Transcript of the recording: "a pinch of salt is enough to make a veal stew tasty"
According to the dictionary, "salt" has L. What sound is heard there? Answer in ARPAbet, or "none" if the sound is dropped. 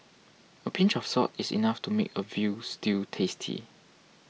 none